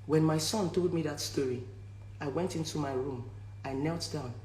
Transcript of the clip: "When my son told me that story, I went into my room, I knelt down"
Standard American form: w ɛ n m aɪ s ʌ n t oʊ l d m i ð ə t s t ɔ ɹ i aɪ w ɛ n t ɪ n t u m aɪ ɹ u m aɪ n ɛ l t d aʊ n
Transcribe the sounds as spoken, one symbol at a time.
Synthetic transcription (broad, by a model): w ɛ n m aɪ s ʌ n t oʊ l d m i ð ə t s t ɔ ɹ i aɪ w ɛ n t ɪ n t u m aɪ ɹ u m aɪ n ɛ l t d aʊ n